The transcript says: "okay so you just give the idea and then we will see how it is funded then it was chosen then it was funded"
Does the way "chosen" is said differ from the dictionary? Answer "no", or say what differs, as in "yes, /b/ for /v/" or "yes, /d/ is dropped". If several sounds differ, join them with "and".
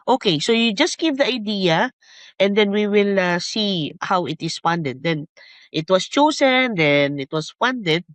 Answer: yes, /s/ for /z/